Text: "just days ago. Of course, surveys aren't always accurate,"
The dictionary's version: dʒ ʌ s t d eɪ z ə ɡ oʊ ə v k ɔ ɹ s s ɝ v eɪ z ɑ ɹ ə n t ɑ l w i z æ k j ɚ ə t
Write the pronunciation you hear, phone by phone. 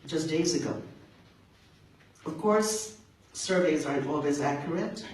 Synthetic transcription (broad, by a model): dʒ ʌ s d eɪ z ə ɡ oʊ ə v k ɔ ɹ s s ɝ v eɪ z ɑ ɹ ə n t ɑ l w i z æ k j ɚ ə t